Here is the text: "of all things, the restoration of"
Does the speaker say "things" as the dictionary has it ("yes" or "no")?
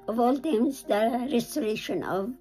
no